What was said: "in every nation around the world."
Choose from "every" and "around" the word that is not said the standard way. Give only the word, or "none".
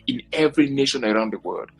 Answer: none